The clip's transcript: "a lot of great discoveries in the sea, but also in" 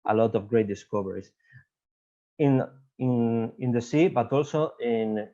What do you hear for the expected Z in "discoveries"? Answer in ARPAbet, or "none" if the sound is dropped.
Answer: S